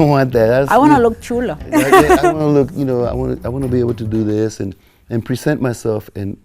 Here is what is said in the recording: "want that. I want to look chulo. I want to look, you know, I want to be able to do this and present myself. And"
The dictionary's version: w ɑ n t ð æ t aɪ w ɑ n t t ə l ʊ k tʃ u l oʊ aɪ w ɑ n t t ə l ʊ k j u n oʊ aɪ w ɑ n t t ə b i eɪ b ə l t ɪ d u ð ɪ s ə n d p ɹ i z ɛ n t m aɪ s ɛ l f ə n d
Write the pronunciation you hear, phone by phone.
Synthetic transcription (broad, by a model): w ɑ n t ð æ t aɪ w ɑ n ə l ʊ k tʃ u l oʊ aɪ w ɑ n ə l ʊ k j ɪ n oʊ aɪ w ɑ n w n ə b i eɪ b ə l t ɪ d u ð ɪ s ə n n p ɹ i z ɛ n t m aɪ s ɛ l f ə n